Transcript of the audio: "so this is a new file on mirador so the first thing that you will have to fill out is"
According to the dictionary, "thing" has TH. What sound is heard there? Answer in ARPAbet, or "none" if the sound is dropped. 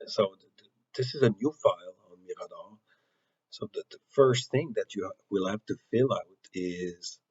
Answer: TH